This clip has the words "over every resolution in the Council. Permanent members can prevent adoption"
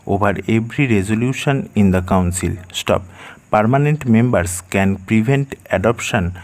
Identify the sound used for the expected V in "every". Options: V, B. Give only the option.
B